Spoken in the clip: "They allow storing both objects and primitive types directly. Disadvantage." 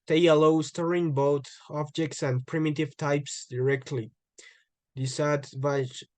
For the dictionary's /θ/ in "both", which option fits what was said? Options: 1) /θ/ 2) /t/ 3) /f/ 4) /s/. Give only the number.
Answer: 2